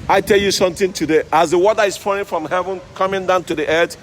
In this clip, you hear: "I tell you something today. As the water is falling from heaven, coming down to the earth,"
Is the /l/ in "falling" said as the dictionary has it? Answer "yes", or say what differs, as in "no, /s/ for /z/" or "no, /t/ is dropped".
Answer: no, /l/ is dropped